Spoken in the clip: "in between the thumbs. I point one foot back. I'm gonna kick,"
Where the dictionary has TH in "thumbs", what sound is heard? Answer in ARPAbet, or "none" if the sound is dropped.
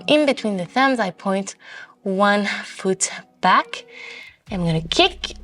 TH